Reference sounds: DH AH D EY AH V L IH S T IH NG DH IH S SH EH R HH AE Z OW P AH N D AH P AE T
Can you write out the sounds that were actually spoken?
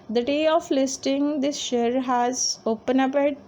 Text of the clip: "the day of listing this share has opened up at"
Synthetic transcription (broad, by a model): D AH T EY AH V L IH S T IH NG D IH S SH EH R HH AE Z OW P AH N AH P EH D